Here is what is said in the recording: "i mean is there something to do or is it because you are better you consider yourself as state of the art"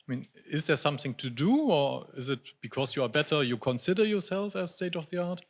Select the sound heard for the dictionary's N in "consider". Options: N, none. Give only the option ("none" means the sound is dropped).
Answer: N